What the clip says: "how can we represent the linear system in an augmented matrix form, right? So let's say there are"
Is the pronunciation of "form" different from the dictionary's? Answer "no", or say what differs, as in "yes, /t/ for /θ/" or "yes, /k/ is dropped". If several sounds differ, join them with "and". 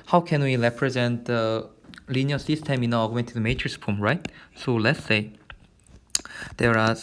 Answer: yes, /p/ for /f/